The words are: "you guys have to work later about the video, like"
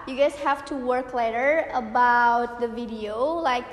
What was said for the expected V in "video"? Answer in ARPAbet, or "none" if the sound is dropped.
V